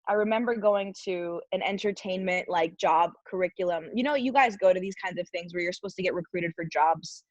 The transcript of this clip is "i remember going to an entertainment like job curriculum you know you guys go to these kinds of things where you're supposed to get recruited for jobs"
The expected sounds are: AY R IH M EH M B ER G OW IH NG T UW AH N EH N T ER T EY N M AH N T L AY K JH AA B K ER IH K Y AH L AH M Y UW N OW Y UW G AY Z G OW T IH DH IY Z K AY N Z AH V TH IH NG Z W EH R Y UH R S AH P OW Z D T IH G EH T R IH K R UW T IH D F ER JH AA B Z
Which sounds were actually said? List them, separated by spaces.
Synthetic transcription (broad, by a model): AY R IH M EH M B ER G OW IH NG T UW AH N EH N T ER T EY N M AH N T L AY K JH AA B K ER IH K Y L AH M Y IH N OW Y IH G AY Z G OW T IH DH IY Z K AY N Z AH V TH IH NG Z W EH R Y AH R S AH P OW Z T IH G EH T R IH K R UW T IH D F ER JH AA B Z